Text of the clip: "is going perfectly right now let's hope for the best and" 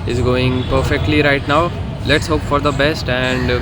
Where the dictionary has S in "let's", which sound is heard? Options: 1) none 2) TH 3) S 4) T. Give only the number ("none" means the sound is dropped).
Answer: 3